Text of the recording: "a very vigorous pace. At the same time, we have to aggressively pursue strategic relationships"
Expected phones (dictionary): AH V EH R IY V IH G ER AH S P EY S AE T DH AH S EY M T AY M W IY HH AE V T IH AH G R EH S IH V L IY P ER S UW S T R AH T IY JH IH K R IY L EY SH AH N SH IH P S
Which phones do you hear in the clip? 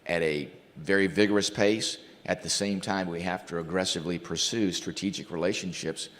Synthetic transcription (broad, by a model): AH V EH R IY V IH G ER AH S P EY S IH T DH AH S EY M T AY M W IY HH AE F T IH AH G R EH S IH V L IY P ER S UW S T R AH T IY JH IH K R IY L EY SH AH N SH IH P S